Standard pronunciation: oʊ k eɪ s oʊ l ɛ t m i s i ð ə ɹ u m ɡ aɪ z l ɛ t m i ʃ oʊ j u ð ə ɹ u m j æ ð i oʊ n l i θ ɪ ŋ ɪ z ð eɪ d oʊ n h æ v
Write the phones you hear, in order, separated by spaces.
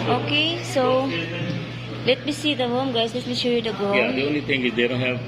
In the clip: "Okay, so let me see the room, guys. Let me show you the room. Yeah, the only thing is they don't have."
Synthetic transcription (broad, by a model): oʊ k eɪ s oʊ l ɛ t m i s i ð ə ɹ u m ɡ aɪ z l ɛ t m i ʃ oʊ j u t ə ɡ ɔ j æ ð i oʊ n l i t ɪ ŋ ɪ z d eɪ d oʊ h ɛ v